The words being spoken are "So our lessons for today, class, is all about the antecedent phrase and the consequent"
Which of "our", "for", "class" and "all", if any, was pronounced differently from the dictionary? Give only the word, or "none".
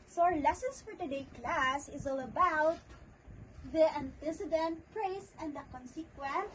none